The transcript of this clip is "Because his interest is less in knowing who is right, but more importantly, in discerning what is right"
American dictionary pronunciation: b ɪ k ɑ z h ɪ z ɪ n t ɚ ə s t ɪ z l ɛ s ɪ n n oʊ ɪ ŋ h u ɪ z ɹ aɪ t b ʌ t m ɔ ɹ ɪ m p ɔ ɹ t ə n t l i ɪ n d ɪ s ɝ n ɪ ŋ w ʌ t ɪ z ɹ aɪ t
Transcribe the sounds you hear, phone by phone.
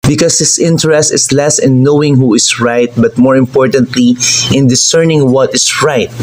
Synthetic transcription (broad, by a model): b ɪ k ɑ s h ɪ s ɪ n t ɚ ə s t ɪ s l ɛ s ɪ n n oʊ ɪ ŋ h u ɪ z ɹ aɪ t b ʌ t m ɔ ɹ ɪ m p ɔ ɹ t ə n t l i ɪ n d ɪ s ɝ n ɪ ŋ w ʌ t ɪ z ɹ aɪ t